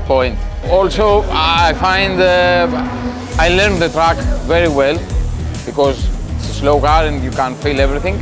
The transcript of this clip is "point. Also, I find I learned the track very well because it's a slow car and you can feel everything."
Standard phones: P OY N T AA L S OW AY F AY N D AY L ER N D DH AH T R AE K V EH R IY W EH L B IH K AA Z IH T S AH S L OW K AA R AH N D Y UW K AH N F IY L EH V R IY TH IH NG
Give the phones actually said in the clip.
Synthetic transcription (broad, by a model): P OY N T AA L S OW AY F AY N D AY L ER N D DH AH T R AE K V EH R IY W EH L B IH K AA Z IH T S AH S L OW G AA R AH N D Y UW K AH N F IY L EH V R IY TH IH NG